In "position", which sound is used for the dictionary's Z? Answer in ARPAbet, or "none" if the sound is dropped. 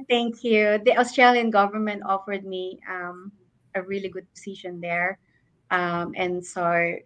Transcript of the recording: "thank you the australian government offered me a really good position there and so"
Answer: S